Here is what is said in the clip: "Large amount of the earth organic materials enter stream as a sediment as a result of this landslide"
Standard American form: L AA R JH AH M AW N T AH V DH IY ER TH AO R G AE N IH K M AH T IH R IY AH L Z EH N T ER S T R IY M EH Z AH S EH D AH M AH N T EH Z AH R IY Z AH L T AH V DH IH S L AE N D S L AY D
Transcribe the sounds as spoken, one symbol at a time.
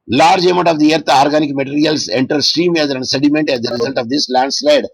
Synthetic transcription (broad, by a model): L AA R JH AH M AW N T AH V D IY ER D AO R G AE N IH K M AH T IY R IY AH L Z EH N T ER S T R IY M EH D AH S EH D AH M AH N T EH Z AH R IY Z AH L T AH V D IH S L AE N D S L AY D